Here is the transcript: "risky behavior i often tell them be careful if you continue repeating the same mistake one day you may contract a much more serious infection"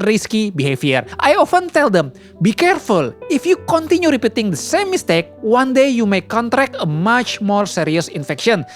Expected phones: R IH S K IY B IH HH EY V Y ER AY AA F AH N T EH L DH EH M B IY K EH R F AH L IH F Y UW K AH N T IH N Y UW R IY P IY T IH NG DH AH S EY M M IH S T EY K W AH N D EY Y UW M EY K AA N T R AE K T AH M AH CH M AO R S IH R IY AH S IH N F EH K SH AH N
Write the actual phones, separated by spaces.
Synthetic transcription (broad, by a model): R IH S K IY B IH HH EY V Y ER AY AA F AH N T EH L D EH M B IY K EH R F AH L IH F Y UW K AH N T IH N Y UW R IY P IY T IH NG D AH S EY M M IH S T EY K W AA N D EY Y UW M EY K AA N T R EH K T AH M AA CH M AO R S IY R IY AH S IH N F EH K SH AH N